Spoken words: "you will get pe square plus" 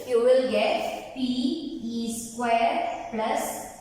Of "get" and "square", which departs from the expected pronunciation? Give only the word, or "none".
none